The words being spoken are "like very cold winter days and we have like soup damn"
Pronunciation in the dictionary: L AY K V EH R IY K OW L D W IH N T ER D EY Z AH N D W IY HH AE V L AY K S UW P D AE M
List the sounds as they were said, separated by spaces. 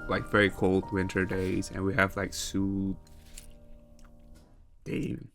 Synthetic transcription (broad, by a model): L AY K V EH R IY K OW L D W IH N T ER D EY Z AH N W IY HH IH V L AY K S UW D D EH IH